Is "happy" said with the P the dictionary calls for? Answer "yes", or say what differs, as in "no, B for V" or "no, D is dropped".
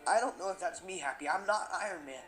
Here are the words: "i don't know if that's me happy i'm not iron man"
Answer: yes